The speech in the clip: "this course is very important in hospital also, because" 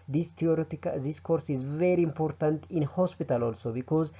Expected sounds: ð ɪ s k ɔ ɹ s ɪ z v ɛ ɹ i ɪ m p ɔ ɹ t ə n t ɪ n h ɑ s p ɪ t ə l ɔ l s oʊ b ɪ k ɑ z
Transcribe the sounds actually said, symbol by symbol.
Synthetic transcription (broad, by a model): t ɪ s k ɔ ɹ s ɪ z v ɛ ɹ i ɪ m p ɔ ɹ t ə n t ɪ n h ɑ s p ɪ t ə l ɔ l s oʊ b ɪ k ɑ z